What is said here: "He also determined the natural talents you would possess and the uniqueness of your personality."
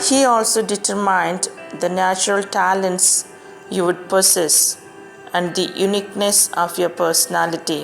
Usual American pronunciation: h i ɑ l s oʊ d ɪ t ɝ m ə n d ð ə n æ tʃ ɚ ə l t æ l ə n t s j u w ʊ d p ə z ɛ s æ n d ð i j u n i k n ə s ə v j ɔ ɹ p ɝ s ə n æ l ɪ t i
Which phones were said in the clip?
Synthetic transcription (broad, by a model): h i ɑ l s oʊ d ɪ t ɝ m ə n d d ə n æ tʃ ɚ ə l t æ l ə n t s j u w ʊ d p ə s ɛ s æ n d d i j u n i k n ə s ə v j ɔ ɹ p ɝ s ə n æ l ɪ t i